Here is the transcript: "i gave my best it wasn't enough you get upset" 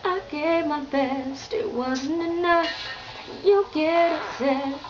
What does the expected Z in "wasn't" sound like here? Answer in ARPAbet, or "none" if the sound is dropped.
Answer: Z